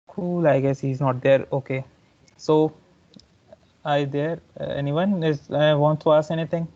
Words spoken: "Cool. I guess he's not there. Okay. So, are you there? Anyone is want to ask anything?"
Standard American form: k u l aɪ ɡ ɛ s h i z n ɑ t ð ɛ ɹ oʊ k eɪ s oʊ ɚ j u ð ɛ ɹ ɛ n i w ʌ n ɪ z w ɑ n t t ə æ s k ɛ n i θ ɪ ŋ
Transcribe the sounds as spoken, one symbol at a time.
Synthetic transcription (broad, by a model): k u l aɪ ɡ ɛ s h i z n ɑ t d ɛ ɹ oʊ k eɪ s oʊ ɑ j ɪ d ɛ ɹ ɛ n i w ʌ n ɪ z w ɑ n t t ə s ɛ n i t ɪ ŋ